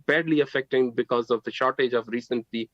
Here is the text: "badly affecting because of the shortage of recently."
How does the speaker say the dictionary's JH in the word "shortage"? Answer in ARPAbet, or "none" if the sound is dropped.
JH